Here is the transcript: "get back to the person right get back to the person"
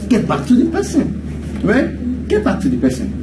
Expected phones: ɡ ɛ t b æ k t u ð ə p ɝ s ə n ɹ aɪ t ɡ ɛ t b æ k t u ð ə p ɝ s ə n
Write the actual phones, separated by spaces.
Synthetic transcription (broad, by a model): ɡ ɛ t b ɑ k t u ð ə p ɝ s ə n w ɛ ɡ ɛ t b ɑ k t u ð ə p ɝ s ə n